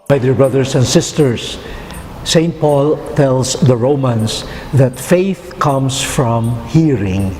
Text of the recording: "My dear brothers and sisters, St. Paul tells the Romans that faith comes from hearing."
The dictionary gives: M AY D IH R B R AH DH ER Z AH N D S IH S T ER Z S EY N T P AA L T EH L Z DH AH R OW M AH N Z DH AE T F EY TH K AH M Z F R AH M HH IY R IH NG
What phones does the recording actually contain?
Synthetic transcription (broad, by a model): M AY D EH R B R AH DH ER S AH N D S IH S T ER S EY N T P AA L T EH L S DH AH R OW M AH N S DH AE T F EY TH K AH M S F R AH M HH IY R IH NG